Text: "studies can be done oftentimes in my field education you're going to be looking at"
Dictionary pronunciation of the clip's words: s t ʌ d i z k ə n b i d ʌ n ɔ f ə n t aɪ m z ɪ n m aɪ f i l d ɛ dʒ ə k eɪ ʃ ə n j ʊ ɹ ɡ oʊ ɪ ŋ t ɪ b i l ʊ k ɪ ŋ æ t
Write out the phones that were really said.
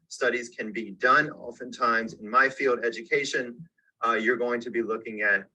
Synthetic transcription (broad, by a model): s t ʌ d i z k ə n b i d ʌ n ɔ f ə n t aɪ m z ɪ n m aɪ f i l d ɛ dʒ ə k eɪ ʃ ə n j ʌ ɹ ɡ oʊ ɪ ŋ t ɪ b i l ʊ k ɪ ŋ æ t